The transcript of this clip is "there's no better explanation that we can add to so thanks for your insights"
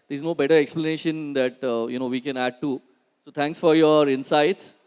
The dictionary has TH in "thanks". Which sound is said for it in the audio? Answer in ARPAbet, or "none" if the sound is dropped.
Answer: T